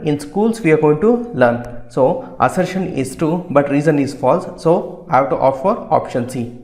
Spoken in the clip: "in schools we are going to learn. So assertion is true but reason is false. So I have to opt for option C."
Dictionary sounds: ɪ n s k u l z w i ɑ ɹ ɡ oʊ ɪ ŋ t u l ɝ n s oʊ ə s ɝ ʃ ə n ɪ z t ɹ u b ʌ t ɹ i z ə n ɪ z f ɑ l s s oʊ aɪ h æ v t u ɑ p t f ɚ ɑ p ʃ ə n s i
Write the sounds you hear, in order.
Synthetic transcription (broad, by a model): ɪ n s k u l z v i ɑ ɹ ɡ oʊ ɪ ŋ t u l ɝ n s oʊ ə s ɝ ʃ ə n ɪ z t u b ʌ t ɹ i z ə n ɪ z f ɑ l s s oʊ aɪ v t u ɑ f ɚ ɑ p ʃ ə n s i